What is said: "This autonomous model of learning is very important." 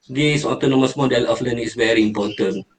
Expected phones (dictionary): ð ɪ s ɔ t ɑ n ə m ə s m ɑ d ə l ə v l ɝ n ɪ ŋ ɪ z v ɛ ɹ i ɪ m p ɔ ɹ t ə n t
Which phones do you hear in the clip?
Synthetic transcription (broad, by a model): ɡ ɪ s ɔ t ɑ n ə m ə s m ɑ d ə l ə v l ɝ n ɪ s v ɛ ɹ i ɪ m p ɔ t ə n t